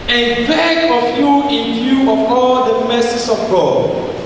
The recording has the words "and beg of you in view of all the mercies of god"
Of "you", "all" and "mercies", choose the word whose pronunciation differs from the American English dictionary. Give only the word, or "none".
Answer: mercies